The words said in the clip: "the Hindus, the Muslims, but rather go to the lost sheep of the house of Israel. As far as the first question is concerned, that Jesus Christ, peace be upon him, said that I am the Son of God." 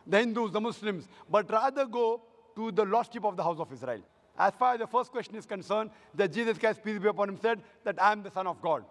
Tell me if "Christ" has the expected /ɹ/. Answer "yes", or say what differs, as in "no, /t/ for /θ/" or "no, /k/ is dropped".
no, /ɹ/ is dropped